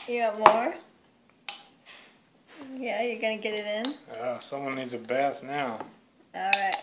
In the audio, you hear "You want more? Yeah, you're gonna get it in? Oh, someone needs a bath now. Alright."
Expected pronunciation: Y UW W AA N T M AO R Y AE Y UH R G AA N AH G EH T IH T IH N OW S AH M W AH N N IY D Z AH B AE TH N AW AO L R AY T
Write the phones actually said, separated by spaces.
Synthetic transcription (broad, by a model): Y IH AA T M AO R Y AE Y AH R G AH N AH G EH T IH T IH N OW S AH M W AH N N IY D Z AH B AE TH N AW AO L R AY T